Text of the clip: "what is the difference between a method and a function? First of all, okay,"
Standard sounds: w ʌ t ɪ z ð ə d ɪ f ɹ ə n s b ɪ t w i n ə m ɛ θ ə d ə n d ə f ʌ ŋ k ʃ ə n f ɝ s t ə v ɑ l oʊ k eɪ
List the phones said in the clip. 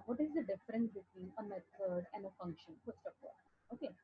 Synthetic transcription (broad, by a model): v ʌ t ɪ z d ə d ɪ f ɹ ə n s b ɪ t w i n ə m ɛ t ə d ə n d ə f ʌ ŋ k ʃ ə n p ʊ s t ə p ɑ oʊ k eɪ